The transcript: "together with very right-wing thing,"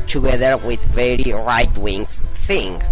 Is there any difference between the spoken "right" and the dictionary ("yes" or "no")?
no